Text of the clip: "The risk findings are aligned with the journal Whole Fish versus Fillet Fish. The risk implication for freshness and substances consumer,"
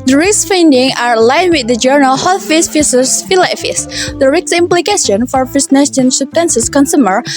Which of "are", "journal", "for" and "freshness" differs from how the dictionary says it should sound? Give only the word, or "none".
freshness